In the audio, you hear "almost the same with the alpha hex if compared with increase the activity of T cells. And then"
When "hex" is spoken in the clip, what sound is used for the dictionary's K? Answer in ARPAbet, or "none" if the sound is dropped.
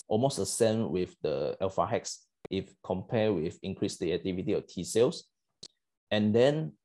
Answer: K